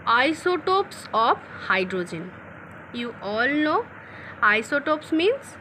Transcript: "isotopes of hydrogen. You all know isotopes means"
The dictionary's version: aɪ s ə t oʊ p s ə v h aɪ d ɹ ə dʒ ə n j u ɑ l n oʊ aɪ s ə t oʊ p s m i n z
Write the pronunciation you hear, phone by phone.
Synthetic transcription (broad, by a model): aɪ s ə t oʊ p s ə p h aɪ d ɹ ə dʒ ə n j u ɑ l n oʊ aɪ s ə t oʊ p s m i n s